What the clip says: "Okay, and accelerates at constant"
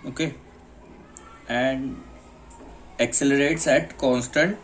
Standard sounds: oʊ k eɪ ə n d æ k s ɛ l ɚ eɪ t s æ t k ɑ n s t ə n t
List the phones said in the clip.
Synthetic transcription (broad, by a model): oʊ k eɪ ə n d æ k s ɛ l ɚ eɪ t s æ t k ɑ n s t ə n t